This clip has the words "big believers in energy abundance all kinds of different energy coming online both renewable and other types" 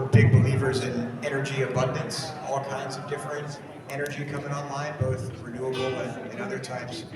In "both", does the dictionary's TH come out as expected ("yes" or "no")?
yes